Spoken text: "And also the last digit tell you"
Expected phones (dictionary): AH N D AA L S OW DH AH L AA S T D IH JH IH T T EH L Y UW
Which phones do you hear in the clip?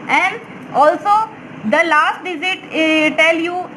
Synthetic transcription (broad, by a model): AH N D AA L S OW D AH L AA S T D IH Z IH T T EH L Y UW